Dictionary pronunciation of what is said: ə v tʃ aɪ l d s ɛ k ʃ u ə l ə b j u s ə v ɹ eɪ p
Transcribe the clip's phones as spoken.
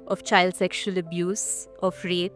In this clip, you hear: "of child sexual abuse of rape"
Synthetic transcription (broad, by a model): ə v tʃ aɪ l d s ɛ k ʃ u ə l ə b j u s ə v ɹ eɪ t